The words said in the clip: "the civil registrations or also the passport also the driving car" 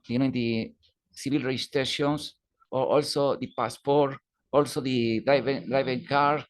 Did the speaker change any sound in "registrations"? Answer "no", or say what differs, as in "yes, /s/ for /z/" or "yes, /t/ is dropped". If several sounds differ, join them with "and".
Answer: yes, /s/ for /z/